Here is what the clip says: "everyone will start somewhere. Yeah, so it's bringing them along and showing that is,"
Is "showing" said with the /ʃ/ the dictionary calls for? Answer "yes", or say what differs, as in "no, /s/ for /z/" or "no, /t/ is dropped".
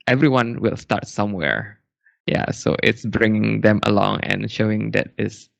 yes